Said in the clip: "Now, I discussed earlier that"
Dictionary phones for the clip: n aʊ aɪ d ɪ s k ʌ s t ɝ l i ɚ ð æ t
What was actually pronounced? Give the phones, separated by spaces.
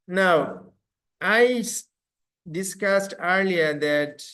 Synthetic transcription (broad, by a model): n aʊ aɪ d ɪ s k ʌ s t ɝ l i ɚ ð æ t